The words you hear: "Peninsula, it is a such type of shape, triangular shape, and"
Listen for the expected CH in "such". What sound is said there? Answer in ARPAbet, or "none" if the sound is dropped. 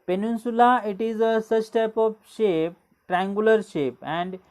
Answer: S